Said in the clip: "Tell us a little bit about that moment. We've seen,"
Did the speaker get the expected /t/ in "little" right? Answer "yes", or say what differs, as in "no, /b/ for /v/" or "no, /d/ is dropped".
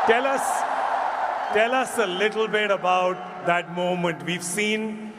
no, /s/ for /t/